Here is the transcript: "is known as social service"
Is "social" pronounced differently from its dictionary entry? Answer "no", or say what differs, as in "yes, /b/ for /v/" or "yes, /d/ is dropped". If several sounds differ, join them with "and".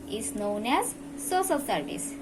yes, /s/ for /ʃ/